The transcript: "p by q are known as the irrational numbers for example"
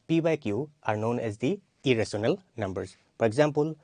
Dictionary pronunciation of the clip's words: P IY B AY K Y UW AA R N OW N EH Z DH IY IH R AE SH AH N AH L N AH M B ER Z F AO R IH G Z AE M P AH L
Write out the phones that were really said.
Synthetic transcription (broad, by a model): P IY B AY K Y UW AA R N OW N EH Z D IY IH R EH S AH N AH L N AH M B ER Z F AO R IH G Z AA M P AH L